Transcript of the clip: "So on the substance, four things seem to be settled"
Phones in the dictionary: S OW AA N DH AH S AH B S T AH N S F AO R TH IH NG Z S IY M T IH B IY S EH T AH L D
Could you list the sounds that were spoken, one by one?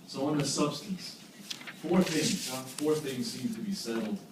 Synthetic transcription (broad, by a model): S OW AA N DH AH S AH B S T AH N S F AO R TH IH NG Z S IY M T IH B IY S EH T L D